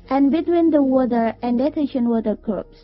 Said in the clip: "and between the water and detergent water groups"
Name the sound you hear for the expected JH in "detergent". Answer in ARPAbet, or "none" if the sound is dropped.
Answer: SH